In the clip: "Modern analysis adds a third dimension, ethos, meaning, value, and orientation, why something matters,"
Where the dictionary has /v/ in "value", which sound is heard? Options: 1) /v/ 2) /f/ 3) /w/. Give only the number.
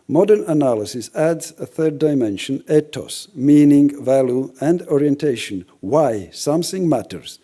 1